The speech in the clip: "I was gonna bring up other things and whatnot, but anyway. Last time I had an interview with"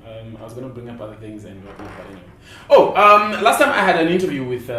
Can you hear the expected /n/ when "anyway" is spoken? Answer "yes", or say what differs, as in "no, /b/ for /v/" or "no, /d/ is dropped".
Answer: no, /n/ is dropped